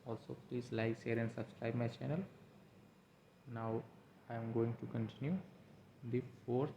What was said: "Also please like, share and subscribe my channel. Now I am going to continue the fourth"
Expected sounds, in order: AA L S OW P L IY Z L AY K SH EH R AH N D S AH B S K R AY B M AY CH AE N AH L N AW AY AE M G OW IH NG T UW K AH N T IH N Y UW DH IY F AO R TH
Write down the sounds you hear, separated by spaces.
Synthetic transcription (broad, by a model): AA L S OW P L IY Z L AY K S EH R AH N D S AH B S K R AY B M AY CH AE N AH L N AW AY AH M G OW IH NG T UW K AH N T IH N Y UW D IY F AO R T